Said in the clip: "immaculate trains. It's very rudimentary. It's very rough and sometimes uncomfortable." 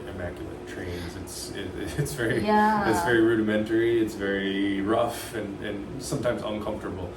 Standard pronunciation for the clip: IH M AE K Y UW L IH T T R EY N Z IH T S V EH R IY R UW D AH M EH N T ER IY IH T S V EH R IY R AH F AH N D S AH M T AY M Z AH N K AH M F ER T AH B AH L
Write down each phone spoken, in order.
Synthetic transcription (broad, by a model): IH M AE K Y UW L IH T T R EY N Z IH T S V EH R IY R UW D AH M EH N T ER IY IH T S V EH R IY R AH F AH N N S AH M T AY M Z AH N K AH M F T AH B L